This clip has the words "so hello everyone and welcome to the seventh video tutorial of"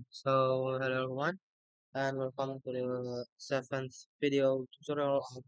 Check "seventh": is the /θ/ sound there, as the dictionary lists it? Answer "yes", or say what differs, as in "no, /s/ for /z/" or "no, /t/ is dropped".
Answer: no, /s/ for /θ/